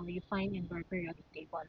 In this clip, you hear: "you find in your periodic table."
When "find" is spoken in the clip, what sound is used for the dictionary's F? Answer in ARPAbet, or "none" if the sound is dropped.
F